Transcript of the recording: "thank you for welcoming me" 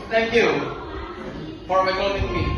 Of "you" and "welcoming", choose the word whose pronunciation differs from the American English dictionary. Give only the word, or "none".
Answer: welcoming